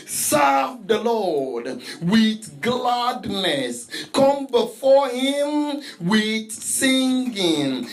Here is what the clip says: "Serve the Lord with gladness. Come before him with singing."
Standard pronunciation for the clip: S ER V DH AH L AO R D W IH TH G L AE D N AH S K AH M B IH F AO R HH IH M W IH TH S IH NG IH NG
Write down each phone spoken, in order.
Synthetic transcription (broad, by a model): S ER V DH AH L AO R D W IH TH G L AE D N AH S K AH M B IH F AO R HH IH M W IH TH S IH NG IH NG